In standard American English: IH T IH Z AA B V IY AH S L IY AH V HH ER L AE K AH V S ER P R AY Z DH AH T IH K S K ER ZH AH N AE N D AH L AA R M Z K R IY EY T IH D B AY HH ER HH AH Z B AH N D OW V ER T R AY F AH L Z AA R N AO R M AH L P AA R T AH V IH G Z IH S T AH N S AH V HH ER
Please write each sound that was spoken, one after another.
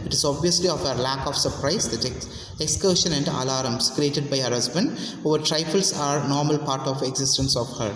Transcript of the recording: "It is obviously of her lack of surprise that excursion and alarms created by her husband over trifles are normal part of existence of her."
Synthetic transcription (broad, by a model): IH T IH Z AA B V IY AH S L IY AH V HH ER L AE K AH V S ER P R AY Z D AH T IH K S K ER SH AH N AE N D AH L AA R M S K R IY EY T IH D B AY HH ER HH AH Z B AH N D OW V ER T R AY F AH L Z AA R N AO R M AH L P AA R T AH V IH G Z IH S T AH N S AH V HH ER